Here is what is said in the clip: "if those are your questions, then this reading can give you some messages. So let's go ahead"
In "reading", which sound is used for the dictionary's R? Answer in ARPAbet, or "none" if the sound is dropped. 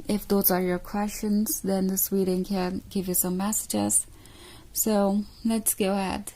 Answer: W